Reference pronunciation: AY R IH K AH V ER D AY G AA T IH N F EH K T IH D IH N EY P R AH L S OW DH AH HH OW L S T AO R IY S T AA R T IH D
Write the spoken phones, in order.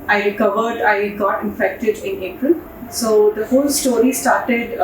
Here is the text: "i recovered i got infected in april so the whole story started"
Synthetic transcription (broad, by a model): AY R IH K AH V ER D AY G AA T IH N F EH K T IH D IH N EY P R AH L S OW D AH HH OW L S T AO R IY S T AA R T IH D